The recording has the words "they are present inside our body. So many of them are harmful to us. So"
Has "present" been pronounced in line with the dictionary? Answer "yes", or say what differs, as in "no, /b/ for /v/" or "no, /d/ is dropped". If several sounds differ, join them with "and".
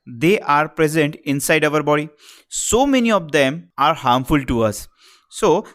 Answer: yes